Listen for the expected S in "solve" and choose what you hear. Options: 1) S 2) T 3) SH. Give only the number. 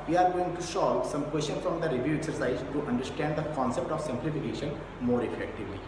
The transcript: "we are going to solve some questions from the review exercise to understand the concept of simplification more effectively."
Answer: 3